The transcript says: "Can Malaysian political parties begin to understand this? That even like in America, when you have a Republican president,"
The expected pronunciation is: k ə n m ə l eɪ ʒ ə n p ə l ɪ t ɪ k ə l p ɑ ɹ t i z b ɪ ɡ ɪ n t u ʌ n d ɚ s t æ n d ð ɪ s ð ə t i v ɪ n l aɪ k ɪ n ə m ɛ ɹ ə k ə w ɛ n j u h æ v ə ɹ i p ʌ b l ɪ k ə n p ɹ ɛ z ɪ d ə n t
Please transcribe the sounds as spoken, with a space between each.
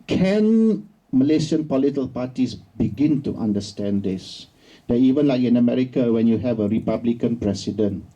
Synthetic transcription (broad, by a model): k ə n m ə l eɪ ʃ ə n p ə l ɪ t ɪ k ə l p ɑ t i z b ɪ ɡ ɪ n t u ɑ n d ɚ s t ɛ n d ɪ s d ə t i v ɪ n l aɪ k ɪ n ə m ɛ ɹ ə k ə w ɛ n j u h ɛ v ə ɹ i p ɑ b l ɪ k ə n p ɹ ɛ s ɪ d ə n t